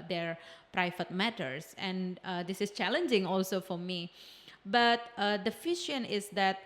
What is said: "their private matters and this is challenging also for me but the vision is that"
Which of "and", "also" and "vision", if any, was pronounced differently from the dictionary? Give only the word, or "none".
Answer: vision